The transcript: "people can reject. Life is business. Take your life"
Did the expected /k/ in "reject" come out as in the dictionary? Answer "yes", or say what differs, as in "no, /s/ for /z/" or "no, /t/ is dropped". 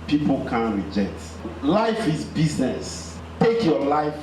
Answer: yes